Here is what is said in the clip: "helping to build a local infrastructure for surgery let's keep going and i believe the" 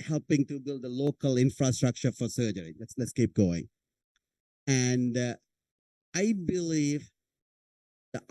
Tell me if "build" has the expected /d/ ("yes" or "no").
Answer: yes